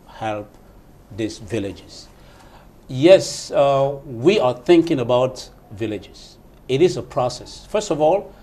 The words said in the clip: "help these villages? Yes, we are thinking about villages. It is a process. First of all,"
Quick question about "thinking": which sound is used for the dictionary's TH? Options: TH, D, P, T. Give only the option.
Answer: TH